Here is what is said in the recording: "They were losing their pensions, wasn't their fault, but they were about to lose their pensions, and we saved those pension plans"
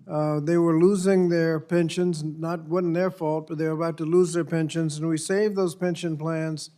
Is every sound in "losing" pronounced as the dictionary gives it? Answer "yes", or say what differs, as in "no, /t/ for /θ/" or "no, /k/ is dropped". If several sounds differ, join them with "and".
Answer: yes